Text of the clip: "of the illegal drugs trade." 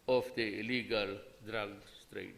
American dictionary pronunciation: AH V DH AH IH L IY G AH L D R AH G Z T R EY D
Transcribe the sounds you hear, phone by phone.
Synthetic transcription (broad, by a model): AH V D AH IH L IY G AH L D R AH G S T R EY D